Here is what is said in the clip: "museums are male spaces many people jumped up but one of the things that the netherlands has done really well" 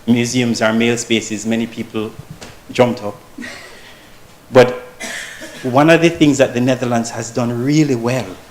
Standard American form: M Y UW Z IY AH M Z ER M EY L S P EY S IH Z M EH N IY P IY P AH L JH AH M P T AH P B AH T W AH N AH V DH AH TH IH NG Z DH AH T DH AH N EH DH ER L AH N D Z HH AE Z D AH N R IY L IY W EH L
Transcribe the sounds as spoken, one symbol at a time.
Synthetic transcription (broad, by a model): M Y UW Z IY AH M Z ER M EY L S P EY S IH Z M EH N IY P IY P L JH AH M P T AH P B AH T W AH N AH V DH AH TH IH NG Z DH AH T DH AH N EH DH ER L AH N D Z HH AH Z D AH N R IY L IY W EH L